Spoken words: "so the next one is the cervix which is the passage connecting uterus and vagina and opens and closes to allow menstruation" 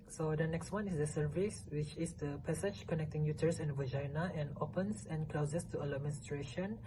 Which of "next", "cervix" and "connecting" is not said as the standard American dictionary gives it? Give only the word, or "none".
cervix